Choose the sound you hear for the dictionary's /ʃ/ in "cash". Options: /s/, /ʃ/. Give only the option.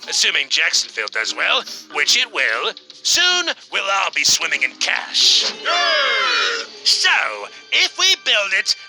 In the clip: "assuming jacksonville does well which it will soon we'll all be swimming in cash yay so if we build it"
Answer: /ʃ/